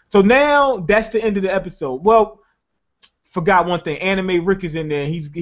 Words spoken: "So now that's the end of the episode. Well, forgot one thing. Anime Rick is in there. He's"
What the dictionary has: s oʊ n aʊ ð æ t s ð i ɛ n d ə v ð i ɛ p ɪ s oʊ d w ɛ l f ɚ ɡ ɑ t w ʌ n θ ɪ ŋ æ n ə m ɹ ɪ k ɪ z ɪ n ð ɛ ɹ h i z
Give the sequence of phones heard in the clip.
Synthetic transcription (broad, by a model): s oʊ n aʊ ð æ t s ð i ɛ n d ə v ð i ɛ p ɪ s oʊ d w ɛ l f ɚ ɡ ɑ t w ʌ n θ ɪ ŋ æ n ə m ɹ ɪ k ɪ z ɪ n ð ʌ ɹ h i z